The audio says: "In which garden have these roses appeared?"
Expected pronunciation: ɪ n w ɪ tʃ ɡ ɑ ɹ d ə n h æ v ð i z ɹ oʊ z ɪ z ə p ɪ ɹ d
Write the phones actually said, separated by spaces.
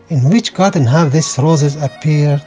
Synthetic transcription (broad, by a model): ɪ n w ɪ tʃ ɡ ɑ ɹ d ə n h æ v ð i s ɹ oʊ z ɪ z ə p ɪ ɹ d